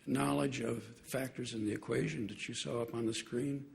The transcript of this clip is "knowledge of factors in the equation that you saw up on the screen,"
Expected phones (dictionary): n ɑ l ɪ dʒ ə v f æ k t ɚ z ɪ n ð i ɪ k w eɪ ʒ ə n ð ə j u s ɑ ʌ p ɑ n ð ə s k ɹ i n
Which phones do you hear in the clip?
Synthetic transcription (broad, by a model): n ɑ l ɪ dʒ ə v f æ k t ɚ z ɪ n ð i ɪ k w eɪ ʒ ə n ð ə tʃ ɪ s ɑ ʌ p n ð ə s k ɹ i n